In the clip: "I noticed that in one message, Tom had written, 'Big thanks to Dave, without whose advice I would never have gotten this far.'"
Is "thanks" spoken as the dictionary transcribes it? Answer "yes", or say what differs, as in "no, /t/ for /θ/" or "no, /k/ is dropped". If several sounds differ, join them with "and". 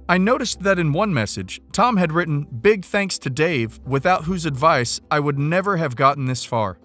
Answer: yes